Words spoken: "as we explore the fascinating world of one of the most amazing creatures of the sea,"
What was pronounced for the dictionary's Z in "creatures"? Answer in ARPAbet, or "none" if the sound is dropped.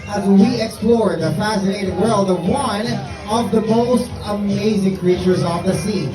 Z